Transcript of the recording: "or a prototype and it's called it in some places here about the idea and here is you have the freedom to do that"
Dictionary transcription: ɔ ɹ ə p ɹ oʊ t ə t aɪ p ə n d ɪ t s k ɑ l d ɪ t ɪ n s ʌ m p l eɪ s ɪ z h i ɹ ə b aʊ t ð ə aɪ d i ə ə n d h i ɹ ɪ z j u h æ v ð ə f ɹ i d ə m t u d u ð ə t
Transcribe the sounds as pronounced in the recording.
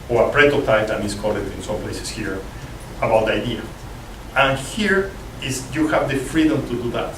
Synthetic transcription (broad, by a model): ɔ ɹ ə p ɹ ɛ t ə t aɪ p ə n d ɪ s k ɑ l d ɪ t ɪ n s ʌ m p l eɪ s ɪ s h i ɹ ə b aʊ t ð aɪ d i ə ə n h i ɹ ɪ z j u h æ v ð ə f ɹ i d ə m t u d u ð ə t